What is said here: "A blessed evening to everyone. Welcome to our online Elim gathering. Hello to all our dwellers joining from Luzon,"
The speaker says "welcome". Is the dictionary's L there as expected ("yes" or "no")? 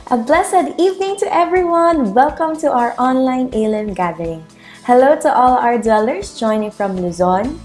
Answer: yes